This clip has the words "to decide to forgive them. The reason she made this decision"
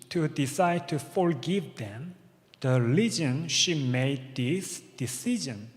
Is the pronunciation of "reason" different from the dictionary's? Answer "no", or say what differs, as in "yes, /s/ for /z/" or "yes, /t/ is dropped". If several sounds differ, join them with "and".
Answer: yes, /l/ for /ɹ/